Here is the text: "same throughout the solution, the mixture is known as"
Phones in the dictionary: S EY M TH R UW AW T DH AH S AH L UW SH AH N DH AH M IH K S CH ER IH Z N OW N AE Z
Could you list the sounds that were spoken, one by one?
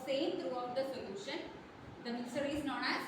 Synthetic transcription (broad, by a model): S EY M T R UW AW T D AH S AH L UW SH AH N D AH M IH S ER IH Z N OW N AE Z